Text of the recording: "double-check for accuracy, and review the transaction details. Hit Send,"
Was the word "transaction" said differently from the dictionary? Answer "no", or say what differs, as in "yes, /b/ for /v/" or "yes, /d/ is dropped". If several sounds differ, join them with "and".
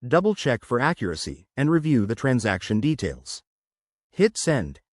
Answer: no